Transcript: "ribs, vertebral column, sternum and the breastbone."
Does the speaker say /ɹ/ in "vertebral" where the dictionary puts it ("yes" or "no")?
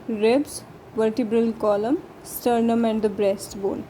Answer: yes